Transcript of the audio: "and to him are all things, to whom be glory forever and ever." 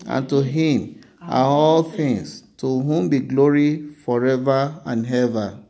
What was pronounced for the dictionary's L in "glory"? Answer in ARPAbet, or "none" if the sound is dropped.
L